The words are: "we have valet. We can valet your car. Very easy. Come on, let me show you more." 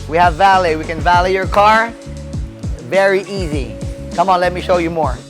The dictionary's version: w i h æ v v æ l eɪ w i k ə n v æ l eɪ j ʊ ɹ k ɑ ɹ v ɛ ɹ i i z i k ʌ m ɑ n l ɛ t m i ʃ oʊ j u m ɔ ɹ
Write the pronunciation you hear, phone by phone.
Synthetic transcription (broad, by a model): w i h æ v v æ l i w i k ə n v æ l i j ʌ ɹ k ɑ ɹ v ɛ ɹ i i z i k ʌ m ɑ n l ɛ t m i ʃ oʊ j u m ɔ ɹ